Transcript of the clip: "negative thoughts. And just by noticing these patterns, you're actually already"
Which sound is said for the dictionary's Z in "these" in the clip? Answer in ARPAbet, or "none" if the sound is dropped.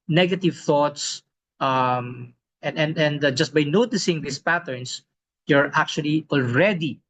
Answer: S